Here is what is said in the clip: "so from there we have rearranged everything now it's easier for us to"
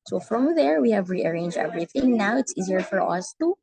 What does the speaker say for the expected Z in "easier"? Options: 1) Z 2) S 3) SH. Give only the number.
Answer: 1